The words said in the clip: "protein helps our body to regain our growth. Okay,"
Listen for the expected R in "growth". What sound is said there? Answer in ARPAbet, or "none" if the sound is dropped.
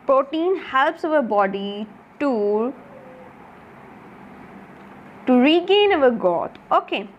none